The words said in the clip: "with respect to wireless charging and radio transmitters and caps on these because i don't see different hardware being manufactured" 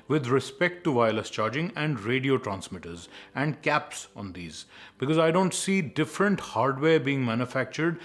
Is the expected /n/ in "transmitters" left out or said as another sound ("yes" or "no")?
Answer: no